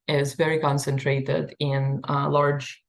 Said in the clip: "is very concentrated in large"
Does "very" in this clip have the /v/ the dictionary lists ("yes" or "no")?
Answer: yes